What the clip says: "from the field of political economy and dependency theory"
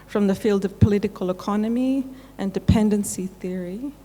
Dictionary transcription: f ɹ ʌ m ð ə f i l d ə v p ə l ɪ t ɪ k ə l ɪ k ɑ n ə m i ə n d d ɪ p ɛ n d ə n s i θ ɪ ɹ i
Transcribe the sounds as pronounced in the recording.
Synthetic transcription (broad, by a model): f ɹ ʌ m ð ə f i l d ə v p ə l ɪ t ɪ k ə l ɪ k ɑ n ə m i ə n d d ɪ p ɛ n d ə n s i θ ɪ ɹ i